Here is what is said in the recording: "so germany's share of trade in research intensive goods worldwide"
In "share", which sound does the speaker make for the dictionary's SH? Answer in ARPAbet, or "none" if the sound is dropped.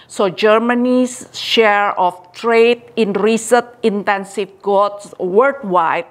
SH